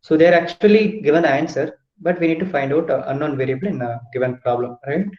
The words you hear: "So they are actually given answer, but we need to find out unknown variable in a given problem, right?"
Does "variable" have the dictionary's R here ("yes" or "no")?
yes